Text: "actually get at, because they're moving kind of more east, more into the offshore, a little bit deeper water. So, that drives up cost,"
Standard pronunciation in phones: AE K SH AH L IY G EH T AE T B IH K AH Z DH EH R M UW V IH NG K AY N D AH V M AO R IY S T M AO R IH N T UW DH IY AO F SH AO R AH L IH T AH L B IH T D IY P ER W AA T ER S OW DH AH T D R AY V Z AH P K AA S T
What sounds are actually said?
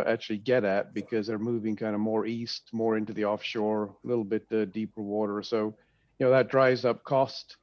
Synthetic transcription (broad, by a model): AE K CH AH L IY G EH T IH T B IH K AH Z DH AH R M UW V IH NG K AY N D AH M AO R IY S T M AO R IH N T UW DH IY AO F SH AO R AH L IH T L B IH T D IY P ER W AA T ER S OW DH AH T D R AY V Z AH P K AA S T